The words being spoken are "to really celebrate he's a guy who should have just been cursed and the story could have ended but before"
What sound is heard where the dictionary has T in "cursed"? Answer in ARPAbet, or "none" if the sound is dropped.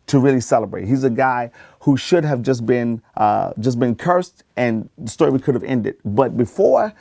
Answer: T